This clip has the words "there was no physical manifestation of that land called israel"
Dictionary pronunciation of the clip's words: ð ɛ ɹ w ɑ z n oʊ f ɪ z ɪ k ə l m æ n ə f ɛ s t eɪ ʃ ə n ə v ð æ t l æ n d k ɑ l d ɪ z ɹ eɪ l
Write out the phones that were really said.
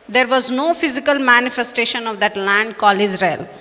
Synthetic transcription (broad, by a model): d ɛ ɹ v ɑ z n oʊ f ɪ z ɪ k ə l m æ n ə f ɛ s t eɪ ʃ ə n ə v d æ t l æ n d k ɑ l ɪ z ɹ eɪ l